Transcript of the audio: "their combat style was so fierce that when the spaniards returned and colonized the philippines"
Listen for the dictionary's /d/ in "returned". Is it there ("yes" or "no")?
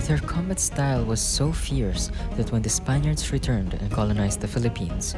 yes